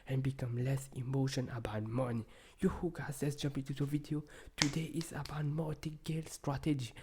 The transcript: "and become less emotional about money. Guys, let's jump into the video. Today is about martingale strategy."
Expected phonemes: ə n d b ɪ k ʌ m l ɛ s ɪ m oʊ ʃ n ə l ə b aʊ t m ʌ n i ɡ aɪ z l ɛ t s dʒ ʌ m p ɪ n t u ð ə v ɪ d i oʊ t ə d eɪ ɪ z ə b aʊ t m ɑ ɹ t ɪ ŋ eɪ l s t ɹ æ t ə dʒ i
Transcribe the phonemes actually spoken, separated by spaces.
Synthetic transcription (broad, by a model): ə n b ɪ k ʌ m l ɛ s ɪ m oʊ ʃ ə n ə b aʊ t m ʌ n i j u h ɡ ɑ s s dʒ ʌ m p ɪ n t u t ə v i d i oʊ t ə d eɪ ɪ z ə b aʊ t m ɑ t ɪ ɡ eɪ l s t ɹ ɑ t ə dʒ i